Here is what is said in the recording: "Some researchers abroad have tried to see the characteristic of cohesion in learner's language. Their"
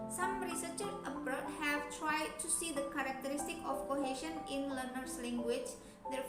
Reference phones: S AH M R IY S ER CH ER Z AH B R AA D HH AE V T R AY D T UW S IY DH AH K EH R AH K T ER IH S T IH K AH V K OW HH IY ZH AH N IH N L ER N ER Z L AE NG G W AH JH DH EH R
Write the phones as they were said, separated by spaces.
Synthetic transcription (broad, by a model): S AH M R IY S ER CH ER AH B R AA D HH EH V T R AY D T UW S IY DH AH K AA R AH K T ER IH S T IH K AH F K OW HH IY SH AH N IH N L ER N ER S L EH NG G W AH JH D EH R